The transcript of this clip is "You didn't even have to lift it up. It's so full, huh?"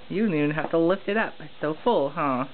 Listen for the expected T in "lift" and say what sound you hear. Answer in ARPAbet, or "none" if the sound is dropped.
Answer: T